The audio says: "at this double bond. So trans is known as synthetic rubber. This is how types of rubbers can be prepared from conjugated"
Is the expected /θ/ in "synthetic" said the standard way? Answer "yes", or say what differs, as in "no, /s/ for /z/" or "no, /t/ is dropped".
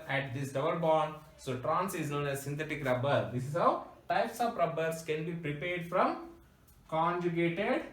no, /t/ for /θ/